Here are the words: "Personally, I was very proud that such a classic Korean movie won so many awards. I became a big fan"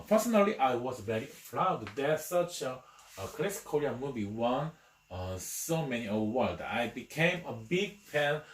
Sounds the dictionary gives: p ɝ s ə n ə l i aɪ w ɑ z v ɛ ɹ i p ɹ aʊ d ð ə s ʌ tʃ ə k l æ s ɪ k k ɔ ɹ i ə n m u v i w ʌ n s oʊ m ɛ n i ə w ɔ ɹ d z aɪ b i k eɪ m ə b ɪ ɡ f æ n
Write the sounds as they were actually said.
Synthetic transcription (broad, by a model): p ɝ s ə n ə l i aɪ w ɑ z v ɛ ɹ i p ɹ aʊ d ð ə s ʌ tʃ ə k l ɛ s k k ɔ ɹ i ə m u v i w ʌ n s oʊ m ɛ n i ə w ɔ l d aɪ b i k eɪ m ə b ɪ ɡ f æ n